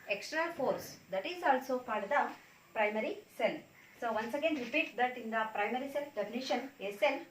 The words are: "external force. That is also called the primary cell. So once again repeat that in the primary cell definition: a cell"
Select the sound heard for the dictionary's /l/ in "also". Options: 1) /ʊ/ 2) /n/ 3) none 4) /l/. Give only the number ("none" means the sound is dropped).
4